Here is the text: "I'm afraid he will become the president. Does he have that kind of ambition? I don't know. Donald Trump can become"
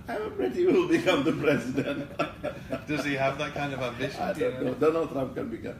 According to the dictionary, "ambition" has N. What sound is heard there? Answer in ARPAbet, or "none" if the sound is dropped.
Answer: none